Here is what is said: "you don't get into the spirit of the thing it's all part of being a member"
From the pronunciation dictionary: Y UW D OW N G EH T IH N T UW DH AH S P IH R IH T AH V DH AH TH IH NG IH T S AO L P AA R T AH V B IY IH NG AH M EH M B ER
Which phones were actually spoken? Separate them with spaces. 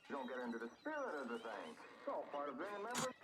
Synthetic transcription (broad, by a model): D OW N G EH T IH N T UW DH AH S P IH R IH T AH V DH AH TH IH NG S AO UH P AA R T AH V B IY IH NG AH M EH M B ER